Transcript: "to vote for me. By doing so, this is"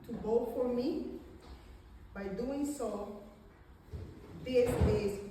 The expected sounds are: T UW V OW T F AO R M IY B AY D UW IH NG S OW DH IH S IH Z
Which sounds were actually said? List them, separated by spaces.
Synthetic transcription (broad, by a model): T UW B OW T F AO R M IY B AY D UW IH NG S OW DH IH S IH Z